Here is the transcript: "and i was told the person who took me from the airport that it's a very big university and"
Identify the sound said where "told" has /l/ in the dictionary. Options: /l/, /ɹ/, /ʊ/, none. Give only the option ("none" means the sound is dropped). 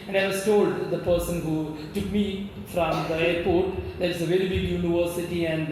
/l/